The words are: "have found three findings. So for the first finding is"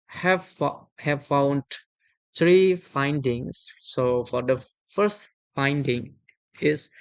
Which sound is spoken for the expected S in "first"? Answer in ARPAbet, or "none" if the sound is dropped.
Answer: S